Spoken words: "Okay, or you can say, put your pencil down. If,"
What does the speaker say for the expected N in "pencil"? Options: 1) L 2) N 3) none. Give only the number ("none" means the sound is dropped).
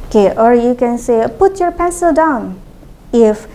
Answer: 3